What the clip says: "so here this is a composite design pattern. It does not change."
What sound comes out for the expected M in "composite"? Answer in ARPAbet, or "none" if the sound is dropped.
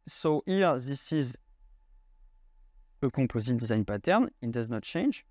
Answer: none